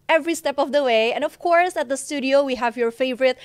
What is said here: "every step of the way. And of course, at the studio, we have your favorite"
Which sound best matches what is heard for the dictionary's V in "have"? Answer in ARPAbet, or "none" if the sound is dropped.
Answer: V